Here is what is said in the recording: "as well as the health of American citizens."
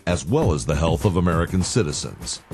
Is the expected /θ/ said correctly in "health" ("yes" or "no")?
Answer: yes